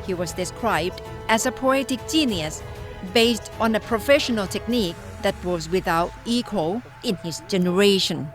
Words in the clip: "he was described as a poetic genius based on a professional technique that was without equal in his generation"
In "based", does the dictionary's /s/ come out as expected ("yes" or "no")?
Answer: yes